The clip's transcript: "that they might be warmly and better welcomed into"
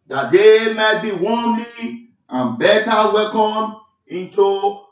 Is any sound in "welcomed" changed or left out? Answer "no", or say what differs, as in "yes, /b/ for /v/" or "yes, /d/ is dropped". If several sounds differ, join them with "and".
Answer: yes, /d/ is dropped